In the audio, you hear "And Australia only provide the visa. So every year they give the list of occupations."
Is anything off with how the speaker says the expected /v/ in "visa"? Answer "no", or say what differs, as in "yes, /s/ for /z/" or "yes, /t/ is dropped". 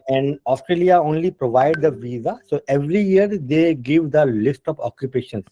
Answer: no